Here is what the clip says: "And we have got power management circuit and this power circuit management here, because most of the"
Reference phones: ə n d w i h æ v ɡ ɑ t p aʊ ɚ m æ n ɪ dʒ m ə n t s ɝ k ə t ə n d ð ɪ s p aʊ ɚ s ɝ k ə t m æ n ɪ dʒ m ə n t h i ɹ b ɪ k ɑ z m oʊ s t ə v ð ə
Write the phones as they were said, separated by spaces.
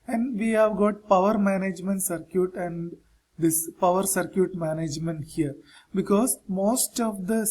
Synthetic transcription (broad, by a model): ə n d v i h æ v ɡ ɑ t p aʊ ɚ m æ n ɪ dʒ m ə n t s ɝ k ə t ə n d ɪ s p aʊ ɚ s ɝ k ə t m æ n ɪ dʒ m ə n t h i ɹ b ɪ k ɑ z m oʊ s t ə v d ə